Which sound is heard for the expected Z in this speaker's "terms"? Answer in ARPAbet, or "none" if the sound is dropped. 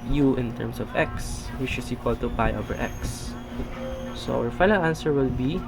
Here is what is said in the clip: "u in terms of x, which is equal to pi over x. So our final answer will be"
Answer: S